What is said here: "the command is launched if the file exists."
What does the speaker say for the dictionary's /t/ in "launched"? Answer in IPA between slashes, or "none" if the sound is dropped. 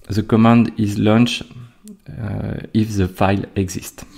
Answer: none